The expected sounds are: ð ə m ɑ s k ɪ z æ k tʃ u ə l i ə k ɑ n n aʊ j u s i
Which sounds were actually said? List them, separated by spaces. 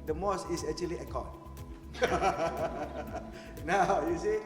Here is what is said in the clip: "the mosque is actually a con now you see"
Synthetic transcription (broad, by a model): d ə m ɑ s ɪ s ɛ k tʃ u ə l i ə k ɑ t n aʊ j u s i